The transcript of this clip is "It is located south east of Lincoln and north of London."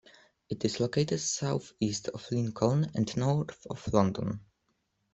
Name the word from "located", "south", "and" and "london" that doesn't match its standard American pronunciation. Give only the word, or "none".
none